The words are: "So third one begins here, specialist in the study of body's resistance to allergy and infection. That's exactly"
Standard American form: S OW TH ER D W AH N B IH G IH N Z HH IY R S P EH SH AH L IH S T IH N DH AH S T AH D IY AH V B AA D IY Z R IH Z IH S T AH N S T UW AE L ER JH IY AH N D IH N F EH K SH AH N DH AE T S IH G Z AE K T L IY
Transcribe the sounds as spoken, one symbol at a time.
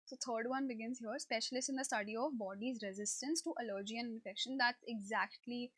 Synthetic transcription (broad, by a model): S OW T ER D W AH N B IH G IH N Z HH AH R S P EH SH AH L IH S IH N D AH S T AH D IY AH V B AA D IY Z R IH Z IH S T AH N S T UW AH L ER JH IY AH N IH N F EH K SH AH N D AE T S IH G Z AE K T L IY